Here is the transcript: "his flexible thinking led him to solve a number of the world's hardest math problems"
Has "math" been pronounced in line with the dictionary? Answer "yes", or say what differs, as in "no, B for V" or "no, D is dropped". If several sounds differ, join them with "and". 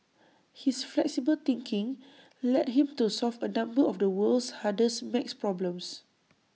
no, S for TH